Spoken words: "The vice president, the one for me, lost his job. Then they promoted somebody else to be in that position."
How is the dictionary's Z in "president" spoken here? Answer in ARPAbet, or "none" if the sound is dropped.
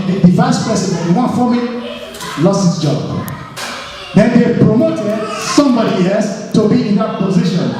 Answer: S